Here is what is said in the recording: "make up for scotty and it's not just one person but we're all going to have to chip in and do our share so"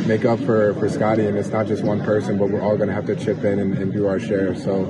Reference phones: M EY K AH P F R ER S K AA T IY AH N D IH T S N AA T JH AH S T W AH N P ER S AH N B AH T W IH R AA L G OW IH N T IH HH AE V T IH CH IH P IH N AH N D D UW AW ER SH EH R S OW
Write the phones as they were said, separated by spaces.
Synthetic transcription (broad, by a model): M EY K AH P F R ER S K AA T IY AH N IH T S N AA T JH AH S T W AH N P ER S AH N B AH T W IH R AA L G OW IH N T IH HH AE F T IH CH IH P IH N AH N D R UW AW ER SH EH R S OW